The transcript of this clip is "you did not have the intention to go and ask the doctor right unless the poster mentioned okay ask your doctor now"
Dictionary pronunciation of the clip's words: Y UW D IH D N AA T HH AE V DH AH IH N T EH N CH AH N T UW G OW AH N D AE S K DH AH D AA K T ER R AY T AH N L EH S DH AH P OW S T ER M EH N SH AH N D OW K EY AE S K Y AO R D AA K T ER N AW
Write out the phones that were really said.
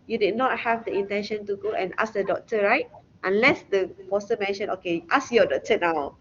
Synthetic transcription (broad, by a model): Y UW D IH D N AA T HH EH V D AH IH N T EH N SH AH N T UW G OW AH N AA S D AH D AA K T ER R AY T AH N L EH S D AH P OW S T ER M EH N SH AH N OW K EY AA S Y AO D AA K T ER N AW